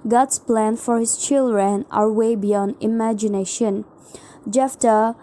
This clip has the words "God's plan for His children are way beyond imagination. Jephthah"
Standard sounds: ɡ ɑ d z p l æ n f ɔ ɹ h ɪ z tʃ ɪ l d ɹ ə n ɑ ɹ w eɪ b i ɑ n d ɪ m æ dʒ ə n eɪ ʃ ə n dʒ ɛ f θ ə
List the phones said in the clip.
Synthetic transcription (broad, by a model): ɡ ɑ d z p l æ n f ɔ ɹ h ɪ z tʃ ɪ l d ɹ ə n ɑ ɹ w eɪ b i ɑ n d ɪ m æ dʒ ə n eɪ ʃ ə n dʒ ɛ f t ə